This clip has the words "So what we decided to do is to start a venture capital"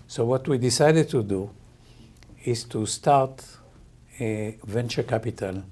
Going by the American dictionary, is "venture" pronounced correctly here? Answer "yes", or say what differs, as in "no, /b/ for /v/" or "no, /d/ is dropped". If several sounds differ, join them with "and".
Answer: yes